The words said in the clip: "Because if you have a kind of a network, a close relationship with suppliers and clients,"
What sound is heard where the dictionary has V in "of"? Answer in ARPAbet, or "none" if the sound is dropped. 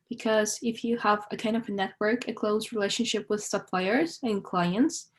V